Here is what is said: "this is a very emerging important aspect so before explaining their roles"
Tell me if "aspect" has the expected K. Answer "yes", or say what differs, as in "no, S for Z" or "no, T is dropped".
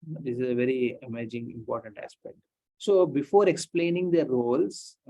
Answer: yes